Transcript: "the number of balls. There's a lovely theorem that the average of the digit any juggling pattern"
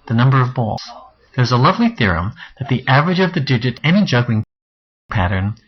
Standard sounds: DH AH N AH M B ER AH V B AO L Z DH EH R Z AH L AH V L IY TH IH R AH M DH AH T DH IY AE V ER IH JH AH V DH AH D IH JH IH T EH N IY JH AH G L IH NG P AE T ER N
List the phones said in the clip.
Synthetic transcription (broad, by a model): DH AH N AH M B ER AH V B AO L Z DH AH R Z AH L AH V L IY TH IH R AH M DH AH T DH IY AE V ER IH JH AH V DH AH D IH JH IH T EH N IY JH AH G L IH NG P AE T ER N